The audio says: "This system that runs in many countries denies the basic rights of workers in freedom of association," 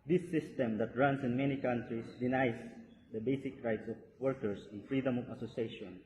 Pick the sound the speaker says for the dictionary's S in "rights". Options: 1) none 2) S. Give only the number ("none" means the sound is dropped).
2